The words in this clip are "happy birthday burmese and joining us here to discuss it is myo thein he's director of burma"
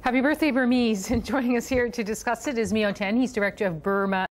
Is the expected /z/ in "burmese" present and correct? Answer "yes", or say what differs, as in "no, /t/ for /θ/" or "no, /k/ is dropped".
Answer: yes